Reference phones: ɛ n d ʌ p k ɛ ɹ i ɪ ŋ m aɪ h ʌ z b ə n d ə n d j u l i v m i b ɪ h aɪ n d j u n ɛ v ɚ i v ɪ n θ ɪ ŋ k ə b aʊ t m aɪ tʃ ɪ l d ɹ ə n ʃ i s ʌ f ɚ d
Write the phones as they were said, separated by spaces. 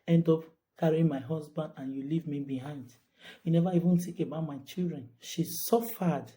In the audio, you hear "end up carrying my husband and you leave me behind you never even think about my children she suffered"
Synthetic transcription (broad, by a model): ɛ n d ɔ p k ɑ ɹ i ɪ m aɪ h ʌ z b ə n d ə n j u l i v m i b ɪ h aɪ n d j u n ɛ v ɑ i v ɪ n t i k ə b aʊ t m aɪ tʃ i l d ɹ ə n ʃ i s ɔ f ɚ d